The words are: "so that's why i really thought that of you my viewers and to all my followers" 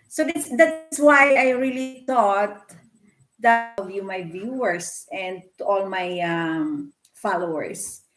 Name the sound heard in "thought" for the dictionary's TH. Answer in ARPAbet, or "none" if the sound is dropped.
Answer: T